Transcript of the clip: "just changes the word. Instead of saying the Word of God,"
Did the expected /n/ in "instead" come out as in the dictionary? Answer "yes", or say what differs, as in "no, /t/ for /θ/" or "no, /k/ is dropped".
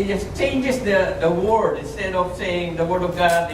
yes